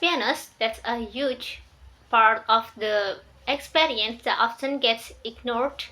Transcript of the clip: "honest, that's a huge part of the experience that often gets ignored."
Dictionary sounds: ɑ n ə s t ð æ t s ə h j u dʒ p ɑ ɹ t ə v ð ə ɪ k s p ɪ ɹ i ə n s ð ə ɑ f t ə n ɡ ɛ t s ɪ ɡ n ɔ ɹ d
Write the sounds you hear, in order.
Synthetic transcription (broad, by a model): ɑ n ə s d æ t s ə h j u dʒ p ɑ ɹ t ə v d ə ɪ k s p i ɹ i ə n s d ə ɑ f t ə n ɡ ɛ t s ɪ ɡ n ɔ ɹ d